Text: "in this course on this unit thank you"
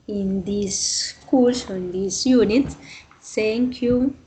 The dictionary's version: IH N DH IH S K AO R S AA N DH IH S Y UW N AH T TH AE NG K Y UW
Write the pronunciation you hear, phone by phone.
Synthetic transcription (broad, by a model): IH N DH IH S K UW L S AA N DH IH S Y UW N AH T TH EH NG K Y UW